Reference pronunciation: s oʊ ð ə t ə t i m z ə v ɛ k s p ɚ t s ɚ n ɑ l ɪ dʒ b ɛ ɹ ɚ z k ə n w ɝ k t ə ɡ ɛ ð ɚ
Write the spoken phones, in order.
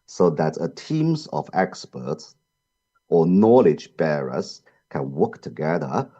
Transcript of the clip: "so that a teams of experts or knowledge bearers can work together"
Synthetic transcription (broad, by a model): s oʊ ð ə t ə t i m z ə v ɛ k s p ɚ t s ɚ n ɑ l ɪ dʒ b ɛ ɹ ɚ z k ə n w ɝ k t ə ɡ ɛ ð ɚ